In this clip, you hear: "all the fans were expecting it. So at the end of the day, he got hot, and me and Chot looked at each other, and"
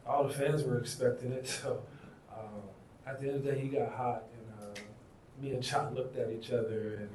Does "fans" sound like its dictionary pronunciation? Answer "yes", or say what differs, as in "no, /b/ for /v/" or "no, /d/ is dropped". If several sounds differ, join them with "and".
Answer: yes